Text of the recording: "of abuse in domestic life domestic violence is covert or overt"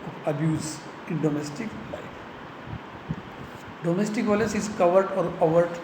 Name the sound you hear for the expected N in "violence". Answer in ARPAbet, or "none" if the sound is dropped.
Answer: none